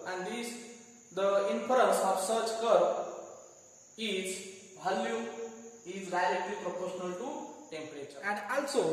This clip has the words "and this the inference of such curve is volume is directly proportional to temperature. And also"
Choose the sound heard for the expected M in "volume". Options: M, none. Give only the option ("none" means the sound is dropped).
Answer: none